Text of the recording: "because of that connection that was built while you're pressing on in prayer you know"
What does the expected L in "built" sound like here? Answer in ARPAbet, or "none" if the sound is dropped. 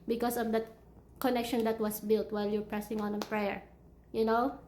L